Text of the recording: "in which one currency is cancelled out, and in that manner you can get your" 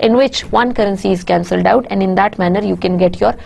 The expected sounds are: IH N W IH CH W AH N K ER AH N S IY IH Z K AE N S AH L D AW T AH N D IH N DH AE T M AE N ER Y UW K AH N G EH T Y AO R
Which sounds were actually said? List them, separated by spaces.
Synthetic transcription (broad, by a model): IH N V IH CH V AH N K ER AH N S IY IH Z K AE N S AH L D AW T AH N D IH N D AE T M AE N ER Y UW K AH N G EH T Y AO R